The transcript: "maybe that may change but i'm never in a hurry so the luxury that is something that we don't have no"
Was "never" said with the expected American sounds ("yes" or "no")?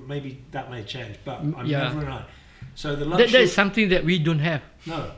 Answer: no